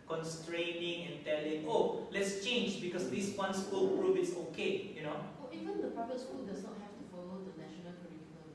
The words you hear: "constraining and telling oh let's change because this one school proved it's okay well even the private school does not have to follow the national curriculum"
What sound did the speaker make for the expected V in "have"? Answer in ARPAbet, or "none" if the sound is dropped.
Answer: F